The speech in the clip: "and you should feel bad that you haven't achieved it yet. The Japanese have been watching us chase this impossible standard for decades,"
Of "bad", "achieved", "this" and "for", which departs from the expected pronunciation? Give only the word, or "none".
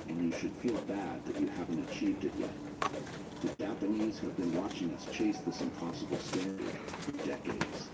none